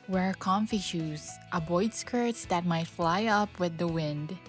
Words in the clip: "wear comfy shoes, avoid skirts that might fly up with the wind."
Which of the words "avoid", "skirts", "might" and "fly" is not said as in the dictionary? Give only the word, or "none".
avoid